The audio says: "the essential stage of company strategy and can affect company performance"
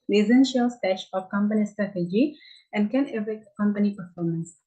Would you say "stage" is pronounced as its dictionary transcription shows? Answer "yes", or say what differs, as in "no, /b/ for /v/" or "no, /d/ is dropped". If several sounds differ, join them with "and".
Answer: no, /ʃ/ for /dʒ/